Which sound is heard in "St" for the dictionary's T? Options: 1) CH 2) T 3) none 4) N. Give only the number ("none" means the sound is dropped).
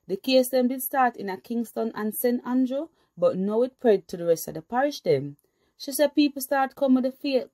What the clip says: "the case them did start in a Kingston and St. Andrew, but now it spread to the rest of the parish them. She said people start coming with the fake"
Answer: 2